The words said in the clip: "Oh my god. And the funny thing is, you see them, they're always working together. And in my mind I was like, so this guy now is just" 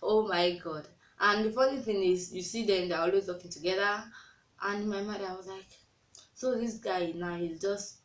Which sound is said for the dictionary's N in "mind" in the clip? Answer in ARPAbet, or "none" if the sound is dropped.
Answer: none